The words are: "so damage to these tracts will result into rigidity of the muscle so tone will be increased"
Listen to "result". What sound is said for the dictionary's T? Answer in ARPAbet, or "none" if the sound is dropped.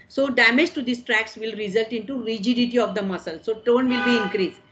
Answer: T